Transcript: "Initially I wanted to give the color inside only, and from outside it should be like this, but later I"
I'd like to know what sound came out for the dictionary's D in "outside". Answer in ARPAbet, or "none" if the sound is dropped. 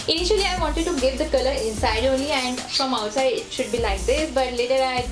none